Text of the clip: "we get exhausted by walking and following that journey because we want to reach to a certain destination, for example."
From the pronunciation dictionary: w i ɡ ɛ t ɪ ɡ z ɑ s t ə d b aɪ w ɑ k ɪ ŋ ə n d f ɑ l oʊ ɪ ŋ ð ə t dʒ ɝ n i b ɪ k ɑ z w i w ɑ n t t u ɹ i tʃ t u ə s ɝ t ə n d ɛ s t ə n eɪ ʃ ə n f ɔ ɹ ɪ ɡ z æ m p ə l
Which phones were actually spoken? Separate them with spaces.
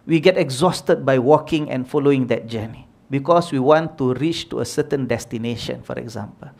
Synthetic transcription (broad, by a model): w i ɡ ɛ t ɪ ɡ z ɑ s t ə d b aɪ w ɑ k ɪ ŋ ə n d f ɑ l oʊ ɪ ŋ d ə t dʒ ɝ n i b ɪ k ɑ s w i w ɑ n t t u ɹ i tʃ t u ə s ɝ t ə n d ɛ s t ə n eɪ ʃ ə n f ɔ ɹ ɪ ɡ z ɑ m p ə l